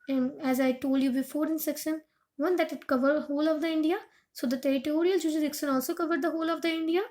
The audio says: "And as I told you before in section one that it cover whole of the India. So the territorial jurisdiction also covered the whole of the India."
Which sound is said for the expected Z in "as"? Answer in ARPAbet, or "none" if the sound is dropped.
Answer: Z